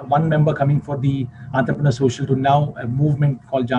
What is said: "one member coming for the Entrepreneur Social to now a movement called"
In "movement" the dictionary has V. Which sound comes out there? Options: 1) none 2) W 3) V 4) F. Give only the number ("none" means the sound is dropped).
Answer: 3